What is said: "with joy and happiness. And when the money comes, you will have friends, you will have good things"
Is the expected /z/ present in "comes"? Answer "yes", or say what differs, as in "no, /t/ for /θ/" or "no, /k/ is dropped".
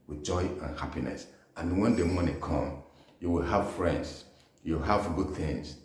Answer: no, /z/ is dropped